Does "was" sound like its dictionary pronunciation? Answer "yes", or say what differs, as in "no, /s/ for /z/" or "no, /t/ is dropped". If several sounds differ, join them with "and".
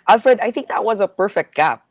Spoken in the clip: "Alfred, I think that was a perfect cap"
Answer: yes